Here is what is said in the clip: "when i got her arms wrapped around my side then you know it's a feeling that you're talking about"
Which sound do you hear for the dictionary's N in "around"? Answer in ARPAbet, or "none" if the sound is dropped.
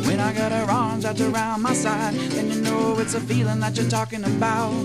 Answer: N